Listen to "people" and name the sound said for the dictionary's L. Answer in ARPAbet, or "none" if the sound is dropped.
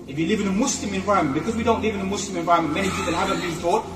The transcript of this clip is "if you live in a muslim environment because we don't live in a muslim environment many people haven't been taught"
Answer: N